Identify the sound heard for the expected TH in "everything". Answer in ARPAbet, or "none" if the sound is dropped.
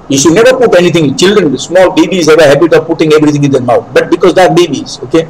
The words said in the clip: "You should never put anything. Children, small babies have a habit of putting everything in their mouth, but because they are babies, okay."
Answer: T